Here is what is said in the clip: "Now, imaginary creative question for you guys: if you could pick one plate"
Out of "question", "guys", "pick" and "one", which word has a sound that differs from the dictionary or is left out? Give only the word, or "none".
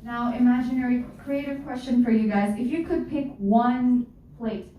none